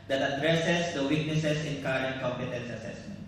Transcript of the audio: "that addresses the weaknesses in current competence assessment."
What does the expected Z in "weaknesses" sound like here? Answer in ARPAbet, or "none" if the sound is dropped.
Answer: S